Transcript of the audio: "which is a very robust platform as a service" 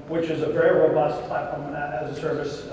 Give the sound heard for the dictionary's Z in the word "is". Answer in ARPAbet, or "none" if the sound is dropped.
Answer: Z